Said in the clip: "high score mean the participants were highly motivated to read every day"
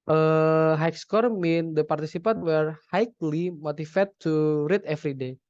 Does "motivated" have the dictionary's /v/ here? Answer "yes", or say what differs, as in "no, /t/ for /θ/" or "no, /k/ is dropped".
no, /f/ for /v/